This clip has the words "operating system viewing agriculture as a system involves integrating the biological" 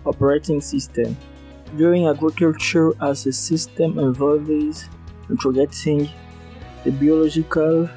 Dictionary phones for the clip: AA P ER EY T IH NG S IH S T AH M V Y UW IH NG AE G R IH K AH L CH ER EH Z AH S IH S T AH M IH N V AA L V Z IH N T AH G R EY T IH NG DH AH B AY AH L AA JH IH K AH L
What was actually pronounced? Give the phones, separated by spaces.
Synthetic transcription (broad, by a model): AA P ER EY T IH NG S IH S T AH M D Y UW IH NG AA G R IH K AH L CH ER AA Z AH S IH S T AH M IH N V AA L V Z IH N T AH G EY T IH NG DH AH B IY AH L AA JH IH K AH L